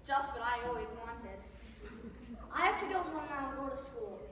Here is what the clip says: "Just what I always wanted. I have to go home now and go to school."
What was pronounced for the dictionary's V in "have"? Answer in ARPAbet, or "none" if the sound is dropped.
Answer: F